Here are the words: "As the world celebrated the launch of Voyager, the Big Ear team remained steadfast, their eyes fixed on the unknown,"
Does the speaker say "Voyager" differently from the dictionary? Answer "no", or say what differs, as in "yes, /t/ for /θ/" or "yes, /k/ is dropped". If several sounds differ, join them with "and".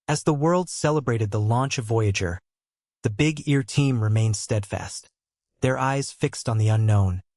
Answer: no